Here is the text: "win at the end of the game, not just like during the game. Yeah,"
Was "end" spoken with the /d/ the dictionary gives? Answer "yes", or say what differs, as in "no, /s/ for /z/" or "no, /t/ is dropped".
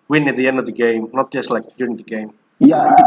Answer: yes